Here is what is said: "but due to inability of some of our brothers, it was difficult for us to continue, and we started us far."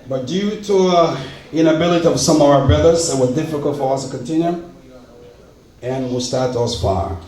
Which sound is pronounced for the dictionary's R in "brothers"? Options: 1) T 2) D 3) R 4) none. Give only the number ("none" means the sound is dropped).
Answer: 4